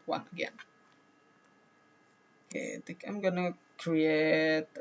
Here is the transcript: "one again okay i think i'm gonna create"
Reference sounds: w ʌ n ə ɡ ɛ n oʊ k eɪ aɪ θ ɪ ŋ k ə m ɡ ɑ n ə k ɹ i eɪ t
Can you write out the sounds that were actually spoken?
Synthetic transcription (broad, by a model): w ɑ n ə ɡ ɛ n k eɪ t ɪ k ə m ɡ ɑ n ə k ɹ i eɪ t